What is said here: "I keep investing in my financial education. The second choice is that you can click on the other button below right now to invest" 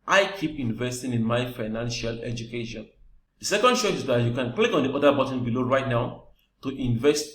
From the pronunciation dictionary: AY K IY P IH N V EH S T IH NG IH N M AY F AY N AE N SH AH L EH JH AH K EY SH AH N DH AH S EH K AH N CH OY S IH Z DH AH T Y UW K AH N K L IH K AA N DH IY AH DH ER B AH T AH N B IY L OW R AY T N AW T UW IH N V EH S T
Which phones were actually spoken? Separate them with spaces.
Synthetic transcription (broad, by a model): AY K IY P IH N V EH S T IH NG IH N M AY F AY N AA N SH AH L EH JH AH K EY SH AH N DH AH S EH K AH N SH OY IH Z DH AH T Y UW K AH N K L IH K AA N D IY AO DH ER B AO T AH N B IY L OW R AY T N AW T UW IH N V EH S T